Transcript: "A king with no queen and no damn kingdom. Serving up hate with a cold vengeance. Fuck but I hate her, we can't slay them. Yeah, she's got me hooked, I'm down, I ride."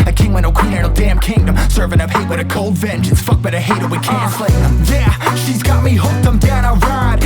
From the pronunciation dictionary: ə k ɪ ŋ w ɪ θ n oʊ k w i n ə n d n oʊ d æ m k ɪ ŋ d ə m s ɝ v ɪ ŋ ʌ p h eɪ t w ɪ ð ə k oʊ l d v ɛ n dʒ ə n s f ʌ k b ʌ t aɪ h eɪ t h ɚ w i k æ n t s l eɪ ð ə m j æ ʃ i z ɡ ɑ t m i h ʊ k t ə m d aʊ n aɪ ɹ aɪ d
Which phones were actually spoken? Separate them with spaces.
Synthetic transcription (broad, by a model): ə k ɪ ŋ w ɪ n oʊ k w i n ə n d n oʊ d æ m k ɪ ŋ d ə m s ɝ v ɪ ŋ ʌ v h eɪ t w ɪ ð ə k oʊ l d v ɛ n dʒ ə n s f ʌ k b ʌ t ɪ h eɪ t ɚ w i k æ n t s l eɪ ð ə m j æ ʃ i z ɡ ɑ t m i h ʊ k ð ə m d aʊ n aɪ ɹ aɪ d